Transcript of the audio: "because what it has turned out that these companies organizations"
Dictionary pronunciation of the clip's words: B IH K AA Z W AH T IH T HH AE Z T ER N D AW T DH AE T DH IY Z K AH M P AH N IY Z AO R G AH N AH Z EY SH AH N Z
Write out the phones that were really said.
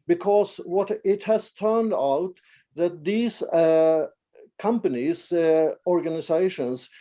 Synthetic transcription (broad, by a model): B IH K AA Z W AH T IH T HH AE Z T ER N D AW T DH AE T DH IY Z K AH M P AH N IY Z AO R G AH N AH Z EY SH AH N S